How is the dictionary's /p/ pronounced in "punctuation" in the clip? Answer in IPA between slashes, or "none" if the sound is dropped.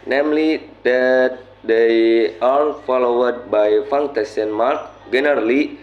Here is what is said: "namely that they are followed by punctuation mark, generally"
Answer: /f/